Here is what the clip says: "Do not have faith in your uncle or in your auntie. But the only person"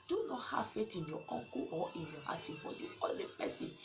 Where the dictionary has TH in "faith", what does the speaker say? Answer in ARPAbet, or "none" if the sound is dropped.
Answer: T